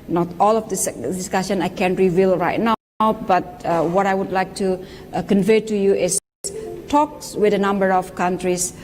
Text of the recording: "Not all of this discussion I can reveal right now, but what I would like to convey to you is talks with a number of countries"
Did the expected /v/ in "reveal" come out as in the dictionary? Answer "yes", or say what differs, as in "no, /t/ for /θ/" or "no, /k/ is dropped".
yes